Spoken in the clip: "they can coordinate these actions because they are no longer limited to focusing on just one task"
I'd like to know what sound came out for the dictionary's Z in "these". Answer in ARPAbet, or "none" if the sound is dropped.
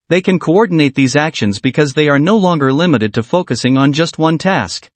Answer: Z